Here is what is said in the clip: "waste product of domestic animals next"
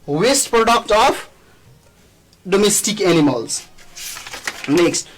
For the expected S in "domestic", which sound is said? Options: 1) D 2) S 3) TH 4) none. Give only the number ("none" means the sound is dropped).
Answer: 2